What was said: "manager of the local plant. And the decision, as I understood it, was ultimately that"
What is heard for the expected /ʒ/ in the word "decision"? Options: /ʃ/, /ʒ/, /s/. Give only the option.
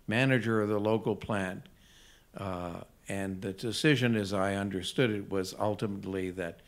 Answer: /ʒ/